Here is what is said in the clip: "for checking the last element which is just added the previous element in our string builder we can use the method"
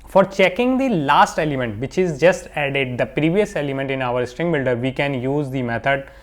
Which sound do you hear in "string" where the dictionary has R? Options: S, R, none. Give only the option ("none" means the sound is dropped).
R